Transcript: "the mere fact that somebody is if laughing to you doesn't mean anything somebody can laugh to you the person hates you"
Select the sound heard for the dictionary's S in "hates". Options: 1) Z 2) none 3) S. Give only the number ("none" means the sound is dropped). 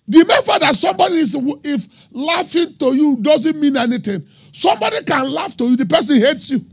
3